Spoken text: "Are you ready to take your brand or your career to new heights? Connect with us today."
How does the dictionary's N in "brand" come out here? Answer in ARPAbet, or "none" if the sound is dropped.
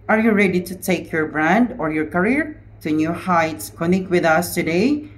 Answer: N